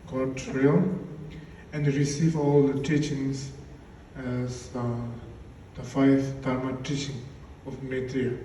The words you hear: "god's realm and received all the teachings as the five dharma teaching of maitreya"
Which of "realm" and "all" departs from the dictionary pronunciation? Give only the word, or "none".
realm